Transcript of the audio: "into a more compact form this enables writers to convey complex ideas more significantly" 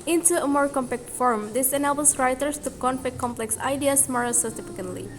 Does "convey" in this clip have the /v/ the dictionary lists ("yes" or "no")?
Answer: no